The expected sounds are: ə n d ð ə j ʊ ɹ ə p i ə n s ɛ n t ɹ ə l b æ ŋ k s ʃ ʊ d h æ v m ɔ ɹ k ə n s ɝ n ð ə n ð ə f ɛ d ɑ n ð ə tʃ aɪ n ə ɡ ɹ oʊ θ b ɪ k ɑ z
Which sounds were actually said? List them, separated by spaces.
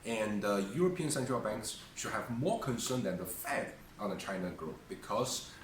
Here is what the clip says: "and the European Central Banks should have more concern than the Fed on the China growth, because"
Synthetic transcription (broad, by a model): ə n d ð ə j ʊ ɹ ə p i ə n s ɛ n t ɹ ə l b æ ŋ k s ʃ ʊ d h æ v m ɔ ɹ k ə n s ɝ n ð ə n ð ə f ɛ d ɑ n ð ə tʃ aɪ n ə ɡ ɹ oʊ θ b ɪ k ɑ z